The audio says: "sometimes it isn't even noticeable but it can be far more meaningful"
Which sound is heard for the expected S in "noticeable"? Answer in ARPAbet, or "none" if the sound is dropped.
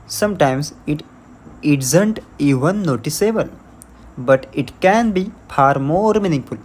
S